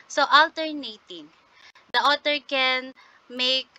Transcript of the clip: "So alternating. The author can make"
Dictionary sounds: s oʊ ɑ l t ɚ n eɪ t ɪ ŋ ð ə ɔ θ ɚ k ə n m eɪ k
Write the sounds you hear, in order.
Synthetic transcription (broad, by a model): s oʊ ɑ l t ɚ n eɪ t ɪ ŋ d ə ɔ t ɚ k ə n m eɪ k